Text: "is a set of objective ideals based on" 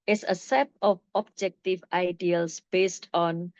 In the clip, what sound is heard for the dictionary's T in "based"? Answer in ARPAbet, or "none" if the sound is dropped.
T